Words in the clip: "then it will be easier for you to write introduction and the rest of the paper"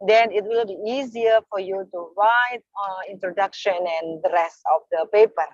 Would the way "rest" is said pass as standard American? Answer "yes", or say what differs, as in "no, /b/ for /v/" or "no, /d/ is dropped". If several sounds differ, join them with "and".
no, /t/ is dropped